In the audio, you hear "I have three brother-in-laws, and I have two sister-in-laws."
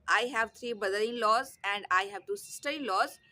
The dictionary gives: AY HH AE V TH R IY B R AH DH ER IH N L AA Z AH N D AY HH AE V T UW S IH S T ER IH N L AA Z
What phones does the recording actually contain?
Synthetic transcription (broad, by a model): AY HH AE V T R IY B AH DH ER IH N L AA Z AH N D AY HH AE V T UW S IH S T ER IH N L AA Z